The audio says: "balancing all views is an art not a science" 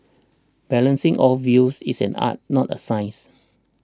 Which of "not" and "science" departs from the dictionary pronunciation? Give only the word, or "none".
science